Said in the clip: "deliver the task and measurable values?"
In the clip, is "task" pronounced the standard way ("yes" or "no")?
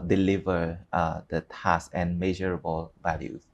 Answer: no